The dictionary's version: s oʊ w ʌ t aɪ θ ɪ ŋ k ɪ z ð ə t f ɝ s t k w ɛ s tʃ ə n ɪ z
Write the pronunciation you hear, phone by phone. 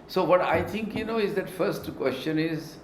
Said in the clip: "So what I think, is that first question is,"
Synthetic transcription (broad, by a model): s oʊ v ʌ t aɪ t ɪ ŋ k ɪ z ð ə t f ɝ s t k w ɛ s tʃ ə n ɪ z